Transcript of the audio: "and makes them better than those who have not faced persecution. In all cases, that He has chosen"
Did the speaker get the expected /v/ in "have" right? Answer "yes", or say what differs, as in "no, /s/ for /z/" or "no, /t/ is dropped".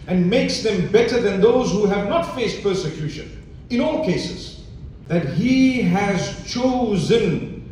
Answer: yes